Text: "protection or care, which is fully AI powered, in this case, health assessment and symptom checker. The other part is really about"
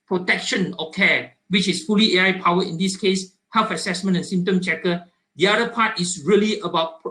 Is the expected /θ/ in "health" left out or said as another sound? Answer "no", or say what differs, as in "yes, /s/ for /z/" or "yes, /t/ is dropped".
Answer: yes, /f/ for /θ/